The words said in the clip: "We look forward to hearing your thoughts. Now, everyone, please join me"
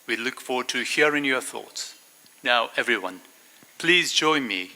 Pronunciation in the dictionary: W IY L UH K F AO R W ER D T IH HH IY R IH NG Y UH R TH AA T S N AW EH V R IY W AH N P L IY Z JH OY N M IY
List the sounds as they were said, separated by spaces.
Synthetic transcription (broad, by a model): W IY L UH K F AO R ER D T IH HH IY R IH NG Y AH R TH AA T S N AW EH V R IY W AH N P L IY Z JH OY N M IY